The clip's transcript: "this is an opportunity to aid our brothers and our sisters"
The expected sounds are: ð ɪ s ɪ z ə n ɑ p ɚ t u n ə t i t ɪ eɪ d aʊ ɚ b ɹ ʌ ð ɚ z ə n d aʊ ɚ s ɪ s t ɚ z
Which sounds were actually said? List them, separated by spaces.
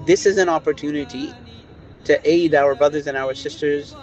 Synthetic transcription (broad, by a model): ð ɪ s ɪ z ə n ɑ p ɚ t u n ə t i t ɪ eɪ d aʊ ɚ b ɹ ʌ ð ɚ z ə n aʊ ɚ s ɪ s t ɚ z